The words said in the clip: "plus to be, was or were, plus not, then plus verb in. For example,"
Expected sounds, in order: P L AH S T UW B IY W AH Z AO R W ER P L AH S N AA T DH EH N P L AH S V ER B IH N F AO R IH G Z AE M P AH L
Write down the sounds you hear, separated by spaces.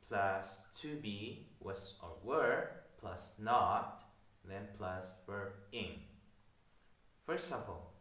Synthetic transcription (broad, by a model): P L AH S T UW B IY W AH S AO R W ER P L AH S N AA T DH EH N P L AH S W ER IH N F AO R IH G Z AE M P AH L